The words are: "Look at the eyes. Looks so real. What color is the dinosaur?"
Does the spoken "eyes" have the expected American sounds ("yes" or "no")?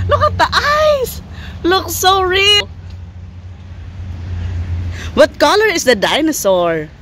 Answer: no